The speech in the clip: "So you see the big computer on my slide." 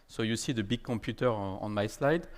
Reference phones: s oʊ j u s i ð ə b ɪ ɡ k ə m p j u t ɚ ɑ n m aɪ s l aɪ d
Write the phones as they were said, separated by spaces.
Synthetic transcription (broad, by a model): s oʊ j u s i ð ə b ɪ ɡ k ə p j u t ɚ ɑ n m aɪ s l aɪ d